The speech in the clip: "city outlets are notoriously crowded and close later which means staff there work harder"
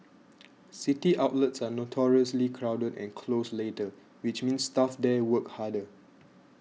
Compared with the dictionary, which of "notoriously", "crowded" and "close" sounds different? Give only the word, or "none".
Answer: none